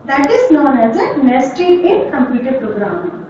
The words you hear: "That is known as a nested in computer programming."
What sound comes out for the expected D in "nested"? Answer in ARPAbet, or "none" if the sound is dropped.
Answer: none